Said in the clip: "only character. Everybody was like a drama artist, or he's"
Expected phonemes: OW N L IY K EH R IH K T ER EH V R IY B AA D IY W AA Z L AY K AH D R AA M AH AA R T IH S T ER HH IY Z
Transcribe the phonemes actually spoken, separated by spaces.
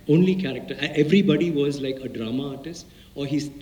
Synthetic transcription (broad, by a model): OW N L IY K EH R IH K T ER EH V R IY B AA D IY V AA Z L AY K AH D R AA M AH AA R T IH S T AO HH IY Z